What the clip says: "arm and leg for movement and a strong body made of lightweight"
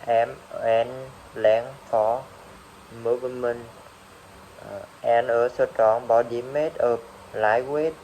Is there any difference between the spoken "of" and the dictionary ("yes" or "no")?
yes